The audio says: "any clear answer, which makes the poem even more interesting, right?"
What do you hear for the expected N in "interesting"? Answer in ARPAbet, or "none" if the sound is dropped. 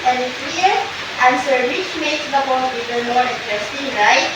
none